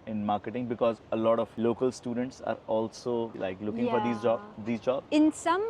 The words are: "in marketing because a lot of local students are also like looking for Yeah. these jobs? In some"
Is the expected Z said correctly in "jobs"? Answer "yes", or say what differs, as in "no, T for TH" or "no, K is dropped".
no, Z is dropped